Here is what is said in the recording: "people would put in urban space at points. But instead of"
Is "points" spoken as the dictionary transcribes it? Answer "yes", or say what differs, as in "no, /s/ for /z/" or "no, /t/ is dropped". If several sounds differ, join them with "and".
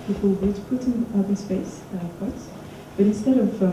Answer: no, /n/ is dropped